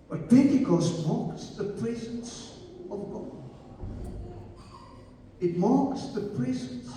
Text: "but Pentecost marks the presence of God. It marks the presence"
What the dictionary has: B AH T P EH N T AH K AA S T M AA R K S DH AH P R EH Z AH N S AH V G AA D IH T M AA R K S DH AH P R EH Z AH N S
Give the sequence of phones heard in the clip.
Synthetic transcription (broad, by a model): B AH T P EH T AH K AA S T M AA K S DH AH P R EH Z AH N S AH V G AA IH T M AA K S DH AH P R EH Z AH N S